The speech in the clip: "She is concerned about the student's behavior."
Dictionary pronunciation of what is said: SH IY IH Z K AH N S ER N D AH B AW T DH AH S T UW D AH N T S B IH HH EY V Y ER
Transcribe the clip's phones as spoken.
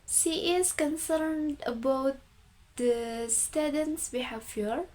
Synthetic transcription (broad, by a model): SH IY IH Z K AH N S ER N D AH B AW T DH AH S T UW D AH N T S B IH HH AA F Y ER